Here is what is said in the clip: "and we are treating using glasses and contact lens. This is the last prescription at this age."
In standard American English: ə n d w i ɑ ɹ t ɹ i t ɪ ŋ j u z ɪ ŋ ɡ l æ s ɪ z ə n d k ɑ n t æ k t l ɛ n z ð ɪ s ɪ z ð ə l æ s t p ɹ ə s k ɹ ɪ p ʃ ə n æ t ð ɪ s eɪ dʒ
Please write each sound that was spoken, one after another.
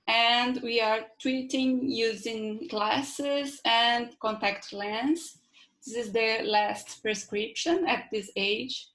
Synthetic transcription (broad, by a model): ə n d w i ɑ ɹ t w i t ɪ ŋ j u z ɪ ŋ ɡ l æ s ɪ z ə n d k ɑ n t æ k t l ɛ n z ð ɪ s ɪ z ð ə l æ s t p ɹ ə s k ɹ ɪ p ʃ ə n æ t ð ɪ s eɪ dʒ